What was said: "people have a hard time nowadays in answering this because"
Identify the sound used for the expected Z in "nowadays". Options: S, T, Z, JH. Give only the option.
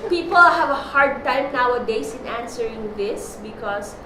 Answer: S